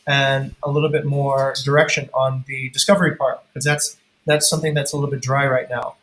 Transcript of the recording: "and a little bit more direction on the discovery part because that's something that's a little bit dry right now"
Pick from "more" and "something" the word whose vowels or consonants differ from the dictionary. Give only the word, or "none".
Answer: none